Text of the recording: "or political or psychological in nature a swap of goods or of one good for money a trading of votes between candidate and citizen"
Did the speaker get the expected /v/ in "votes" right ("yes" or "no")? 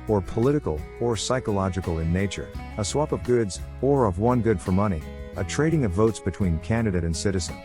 yes